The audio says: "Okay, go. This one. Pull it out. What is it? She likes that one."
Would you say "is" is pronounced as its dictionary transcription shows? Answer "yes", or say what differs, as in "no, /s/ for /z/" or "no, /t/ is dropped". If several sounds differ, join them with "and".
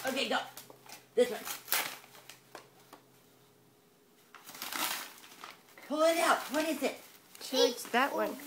no, /s/ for /z/